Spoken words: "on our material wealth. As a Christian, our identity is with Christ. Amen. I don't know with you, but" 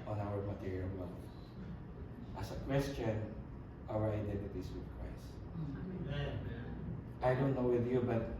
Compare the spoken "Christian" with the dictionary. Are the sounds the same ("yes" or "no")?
no